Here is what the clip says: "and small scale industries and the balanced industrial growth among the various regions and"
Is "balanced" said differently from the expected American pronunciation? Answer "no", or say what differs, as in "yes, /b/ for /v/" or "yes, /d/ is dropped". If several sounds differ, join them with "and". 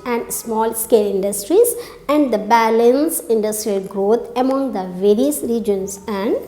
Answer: yes, /t/ is dropped